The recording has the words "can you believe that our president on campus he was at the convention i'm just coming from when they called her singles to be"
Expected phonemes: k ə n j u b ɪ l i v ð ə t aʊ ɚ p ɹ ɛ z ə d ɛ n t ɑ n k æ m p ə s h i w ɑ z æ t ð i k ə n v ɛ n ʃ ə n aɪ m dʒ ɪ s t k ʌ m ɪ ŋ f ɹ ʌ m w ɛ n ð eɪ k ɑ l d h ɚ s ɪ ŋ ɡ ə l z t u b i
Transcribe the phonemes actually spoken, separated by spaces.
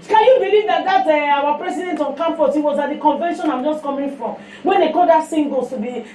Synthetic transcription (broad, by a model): k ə n j u b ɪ l i v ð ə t aʊ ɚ p ɹ ɛ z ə d ɛ n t ɑ n k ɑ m f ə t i w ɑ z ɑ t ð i k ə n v ɛ n ʃ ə n aɪ m dʒ ɪ s t k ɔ m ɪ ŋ f ɹ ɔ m w ɛ n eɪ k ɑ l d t s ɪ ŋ ɡ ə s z t u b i